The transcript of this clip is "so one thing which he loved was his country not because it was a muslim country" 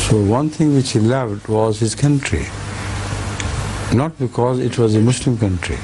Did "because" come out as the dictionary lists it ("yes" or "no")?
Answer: yes